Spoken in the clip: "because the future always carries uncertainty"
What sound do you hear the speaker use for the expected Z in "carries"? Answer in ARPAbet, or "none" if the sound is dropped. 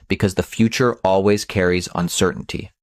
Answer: Z